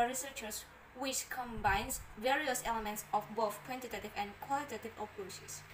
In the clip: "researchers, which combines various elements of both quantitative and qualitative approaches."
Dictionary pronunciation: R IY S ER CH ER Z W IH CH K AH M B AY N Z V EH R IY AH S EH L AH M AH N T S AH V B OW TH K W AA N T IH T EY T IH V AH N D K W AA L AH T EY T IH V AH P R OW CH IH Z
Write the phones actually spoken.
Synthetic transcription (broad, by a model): R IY S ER CH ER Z W IH CH K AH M B AY N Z V EH R IY AH S EH L AH M AH N T S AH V B OW TH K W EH N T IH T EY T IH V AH N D K W AA L AH T EY T IH V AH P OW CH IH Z